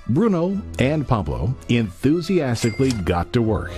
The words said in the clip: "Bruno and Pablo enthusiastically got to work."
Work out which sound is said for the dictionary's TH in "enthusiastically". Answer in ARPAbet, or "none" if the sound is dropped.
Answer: TH